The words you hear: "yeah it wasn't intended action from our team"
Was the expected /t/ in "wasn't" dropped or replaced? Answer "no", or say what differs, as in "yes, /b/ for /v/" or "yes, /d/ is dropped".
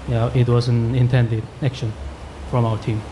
yes, /t/ is dropped